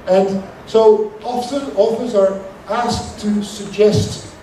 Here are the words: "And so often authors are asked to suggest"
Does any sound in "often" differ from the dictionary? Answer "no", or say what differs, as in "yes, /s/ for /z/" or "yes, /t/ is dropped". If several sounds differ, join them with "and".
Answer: yes, /s/ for /t/ and /l/ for /n/